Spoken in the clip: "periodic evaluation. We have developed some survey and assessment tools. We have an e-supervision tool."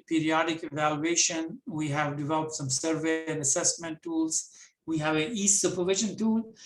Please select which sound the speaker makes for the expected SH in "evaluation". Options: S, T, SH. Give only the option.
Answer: SH